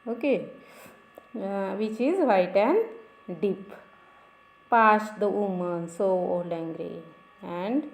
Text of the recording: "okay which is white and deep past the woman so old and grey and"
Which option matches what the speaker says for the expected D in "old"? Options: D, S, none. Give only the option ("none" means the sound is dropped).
none